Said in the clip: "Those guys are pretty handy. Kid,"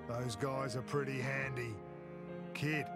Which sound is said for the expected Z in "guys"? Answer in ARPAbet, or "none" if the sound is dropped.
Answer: Z